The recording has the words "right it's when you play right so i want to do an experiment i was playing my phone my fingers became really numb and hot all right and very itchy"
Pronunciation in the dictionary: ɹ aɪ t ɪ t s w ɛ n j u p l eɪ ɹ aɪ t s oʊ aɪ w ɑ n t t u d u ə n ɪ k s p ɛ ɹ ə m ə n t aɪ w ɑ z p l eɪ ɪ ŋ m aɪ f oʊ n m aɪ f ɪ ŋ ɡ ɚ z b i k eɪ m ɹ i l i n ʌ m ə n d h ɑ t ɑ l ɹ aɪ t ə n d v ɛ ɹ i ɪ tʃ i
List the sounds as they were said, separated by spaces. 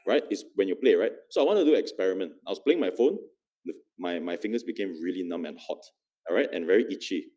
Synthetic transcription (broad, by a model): ɹ aɪ t ɪ t s w ɛ n j u p l eɪ ɹ aɪ t s oʊ aɪ w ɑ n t t u d u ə k s p ɛ ɹ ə m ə n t aɪ w ɑ s p l eɪ ɪ ŋ m aɪ f oʊ n m aɪ f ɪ ŋ ɡ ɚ s b i k eɪ m ɹ i l i n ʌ m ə n h ɑ t ɹ aɪ t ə n v ɛ ɹ i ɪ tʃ i